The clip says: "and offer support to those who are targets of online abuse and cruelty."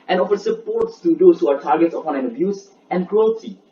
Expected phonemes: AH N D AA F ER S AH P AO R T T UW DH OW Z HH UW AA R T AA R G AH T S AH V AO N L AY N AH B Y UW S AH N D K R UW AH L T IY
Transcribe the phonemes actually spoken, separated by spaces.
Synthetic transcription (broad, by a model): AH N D AA F ER S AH P AO R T T UW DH OW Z HH UW AA R T AA R G AH T S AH P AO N EH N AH B Y UW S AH N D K R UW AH L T IY